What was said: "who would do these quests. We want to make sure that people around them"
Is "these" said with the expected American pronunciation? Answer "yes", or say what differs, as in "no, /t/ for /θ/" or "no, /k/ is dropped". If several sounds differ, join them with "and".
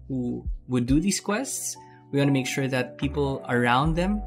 no, /s/ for /z/